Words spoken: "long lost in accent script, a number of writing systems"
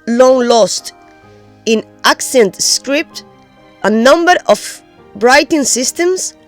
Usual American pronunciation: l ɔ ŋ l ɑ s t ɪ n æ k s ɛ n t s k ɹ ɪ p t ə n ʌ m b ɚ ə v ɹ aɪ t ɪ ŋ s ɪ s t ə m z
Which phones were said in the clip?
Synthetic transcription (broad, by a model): l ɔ ŋ l ɑ s t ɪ n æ k s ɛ n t s k ɹ ɪ p t ə n ʌ m b ɚ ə b ɹ aɪ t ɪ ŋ s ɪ s t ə m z